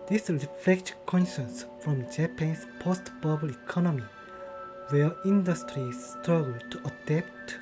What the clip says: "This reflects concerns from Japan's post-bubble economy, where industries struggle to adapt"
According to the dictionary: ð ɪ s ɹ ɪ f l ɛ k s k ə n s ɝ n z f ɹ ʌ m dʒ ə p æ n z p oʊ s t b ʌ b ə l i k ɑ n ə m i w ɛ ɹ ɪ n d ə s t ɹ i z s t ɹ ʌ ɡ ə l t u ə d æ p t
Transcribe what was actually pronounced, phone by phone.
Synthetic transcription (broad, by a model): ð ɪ s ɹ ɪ f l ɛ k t k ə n ʃ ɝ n s f ɹ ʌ m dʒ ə p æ n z p oʊ s t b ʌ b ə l i k ɑ n ə m i w ɛ ɹ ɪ n d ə s t ɹ i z s t ɹ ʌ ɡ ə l t u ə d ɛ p t